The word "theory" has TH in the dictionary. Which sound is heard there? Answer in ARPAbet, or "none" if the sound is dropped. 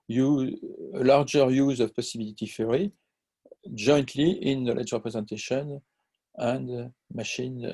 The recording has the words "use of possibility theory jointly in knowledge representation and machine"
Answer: F